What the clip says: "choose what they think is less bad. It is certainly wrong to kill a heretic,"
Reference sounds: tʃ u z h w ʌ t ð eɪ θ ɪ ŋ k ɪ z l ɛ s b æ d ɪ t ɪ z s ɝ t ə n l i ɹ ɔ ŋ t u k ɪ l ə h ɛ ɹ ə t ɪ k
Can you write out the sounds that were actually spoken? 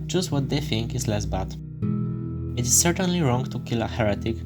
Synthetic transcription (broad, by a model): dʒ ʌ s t w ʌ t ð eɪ θ ɪ ŋ k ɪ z l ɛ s b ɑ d ɪ t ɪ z s ɝ t ə n l i ɹ ɔ ŋ t u k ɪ l ə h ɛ ɹ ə t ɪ k